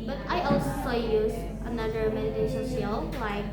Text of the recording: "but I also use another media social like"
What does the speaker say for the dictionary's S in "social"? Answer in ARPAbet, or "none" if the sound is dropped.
SH